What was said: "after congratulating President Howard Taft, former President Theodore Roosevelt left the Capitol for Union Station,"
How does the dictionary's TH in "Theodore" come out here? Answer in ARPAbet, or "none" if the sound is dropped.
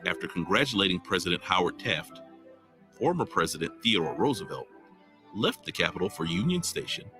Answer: TH